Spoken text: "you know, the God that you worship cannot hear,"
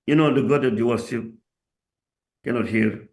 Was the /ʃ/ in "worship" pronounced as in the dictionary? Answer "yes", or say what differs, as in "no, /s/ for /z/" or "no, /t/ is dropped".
no, /s/ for /ʃ/